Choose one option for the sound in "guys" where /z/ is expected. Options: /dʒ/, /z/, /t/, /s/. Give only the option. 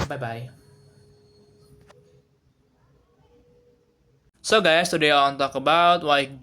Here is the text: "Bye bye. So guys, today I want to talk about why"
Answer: /s/